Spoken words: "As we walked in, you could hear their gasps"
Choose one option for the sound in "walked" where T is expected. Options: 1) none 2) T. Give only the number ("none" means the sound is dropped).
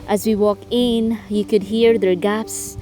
1